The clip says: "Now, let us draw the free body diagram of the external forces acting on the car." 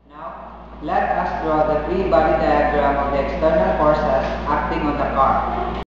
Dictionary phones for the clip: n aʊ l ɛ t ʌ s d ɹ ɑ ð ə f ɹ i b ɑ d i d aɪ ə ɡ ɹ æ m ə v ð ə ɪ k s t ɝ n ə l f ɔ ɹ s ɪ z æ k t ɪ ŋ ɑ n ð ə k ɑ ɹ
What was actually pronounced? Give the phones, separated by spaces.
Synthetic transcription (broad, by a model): n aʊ l ɛ t ʌ s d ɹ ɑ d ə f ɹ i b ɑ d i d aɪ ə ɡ ɹ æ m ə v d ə ɪ k s t ɝ n ə l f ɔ ɹ s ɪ s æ k t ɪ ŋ ɑ n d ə k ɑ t